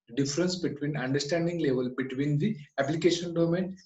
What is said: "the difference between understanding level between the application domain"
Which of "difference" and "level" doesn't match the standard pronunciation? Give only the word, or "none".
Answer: difference